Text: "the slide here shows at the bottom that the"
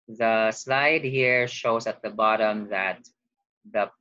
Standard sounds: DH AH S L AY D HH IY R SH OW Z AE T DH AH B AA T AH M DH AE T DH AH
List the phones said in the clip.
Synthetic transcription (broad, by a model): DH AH S L AY D HH IY R SH OW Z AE T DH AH B AA T AH M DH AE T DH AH